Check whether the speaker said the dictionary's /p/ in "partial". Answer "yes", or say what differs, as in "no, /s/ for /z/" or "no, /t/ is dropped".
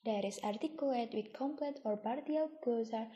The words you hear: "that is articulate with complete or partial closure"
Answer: no, /b/ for /p/